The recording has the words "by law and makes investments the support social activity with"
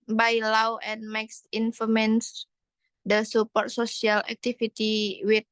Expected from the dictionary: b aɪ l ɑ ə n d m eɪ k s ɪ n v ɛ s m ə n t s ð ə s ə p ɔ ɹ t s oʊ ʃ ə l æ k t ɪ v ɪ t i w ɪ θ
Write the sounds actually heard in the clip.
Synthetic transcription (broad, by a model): b aɪ l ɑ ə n m eɪ k s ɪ n f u m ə n s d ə s ə p ɔ ɹ t s oʊ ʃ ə l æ k t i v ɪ t i w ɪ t